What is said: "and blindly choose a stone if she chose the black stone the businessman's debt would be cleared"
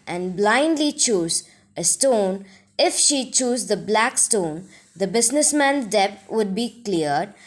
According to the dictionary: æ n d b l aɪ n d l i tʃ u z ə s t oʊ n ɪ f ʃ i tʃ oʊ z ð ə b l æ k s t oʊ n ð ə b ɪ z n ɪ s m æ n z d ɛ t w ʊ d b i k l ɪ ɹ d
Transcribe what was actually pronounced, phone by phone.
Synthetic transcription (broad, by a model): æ n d b l aɪ n d l i tʃ u z ə s t oʊ n ɪ f ʃ i tʃ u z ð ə b l æ k s t oʊ n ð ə b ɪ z n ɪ s m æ n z d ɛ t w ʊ d b i k l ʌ ɹ d